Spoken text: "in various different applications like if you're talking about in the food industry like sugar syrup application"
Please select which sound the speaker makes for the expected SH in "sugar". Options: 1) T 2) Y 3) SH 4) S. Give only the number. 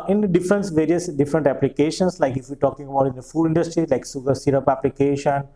4